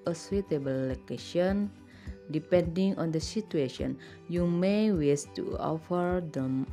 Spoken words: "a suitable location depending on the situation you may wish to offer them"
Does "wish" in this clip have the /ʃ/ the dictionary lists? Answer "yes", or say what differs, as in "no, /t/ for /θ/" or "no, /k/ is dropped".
no, /s/ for /ʃ/